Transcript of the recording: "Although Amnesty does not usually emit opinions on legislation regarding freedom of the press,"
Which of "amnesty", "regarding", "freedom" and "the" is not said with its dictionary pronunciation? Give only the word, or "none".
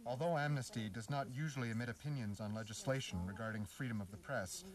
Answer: none